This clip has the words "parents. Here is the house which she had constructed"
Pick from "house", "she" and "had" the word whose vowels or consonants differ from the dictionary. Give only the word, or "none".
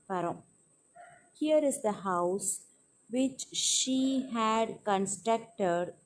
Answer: none